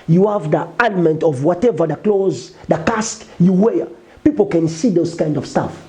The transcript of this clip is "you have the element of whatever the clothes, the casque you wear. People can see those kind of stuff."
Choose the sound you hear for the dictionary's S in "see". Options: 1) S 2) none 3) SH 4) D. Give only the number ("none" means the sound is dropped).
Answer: 1